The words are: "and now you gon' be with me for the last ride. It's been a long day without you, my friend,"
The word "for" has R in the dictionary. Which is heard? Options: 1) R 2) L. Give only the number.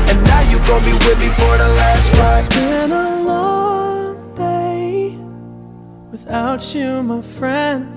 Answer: 1